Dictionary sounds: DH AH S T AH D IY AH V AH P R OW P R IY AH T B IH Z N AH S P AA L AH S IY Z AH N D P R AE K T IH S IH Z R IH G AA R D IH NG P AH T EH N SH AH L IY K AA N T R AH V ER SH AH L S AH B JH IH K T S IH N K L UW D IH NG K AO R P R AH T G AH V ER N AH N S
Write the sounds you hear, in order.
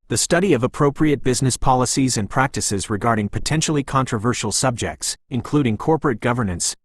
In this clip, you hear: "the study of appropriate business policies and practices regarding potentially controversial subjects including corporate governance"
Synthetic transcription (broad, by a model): DH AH S T AH D IY AH V AH P R OW P R IY AH T B IH Z N AH S P AA L AH S IY Z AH N P R AE K T IH S IH Z R IH G AA R D IH NG P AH T EH N SH L IY K AA N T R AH V ER SH L S AH B JH IH K T S IH N K L UW D IH NG K AO R P R AH T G AH V ER N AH N S